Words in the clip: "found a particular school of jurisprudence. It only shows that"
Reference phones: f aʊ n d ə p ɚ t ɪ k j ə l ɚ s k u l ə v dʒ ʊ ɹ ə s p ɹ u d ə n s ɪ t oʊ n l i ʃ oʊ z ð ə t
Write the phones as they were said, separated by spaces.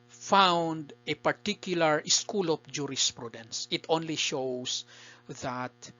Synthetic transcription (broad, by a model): f aʊ n d ə p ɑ t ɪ k j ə l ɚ s k u l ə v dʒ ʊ ɹ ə s p ɹ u d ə n s ɪ t oʊ n l i ʃ oʊ s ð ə t